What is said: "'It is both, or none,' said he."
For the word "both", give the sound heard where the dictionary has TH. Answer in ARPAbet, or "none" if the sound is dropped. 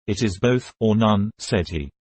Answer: TH